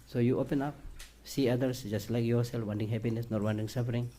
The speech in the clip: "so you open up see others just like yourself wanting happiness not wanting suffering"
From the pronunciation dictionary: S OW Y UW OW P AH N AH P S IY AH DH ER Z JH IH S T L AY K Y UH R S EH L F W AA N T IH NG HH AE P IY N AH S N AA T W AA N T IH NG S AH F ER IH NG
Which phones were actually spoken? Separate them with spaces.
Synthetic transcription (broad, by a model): S OW Y UW OW P AH N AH P S IY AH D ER S JH IH S T L AY K Y UH R S EH L F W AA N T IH NG HH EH P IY N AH S N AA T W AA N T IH NG S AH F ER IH NG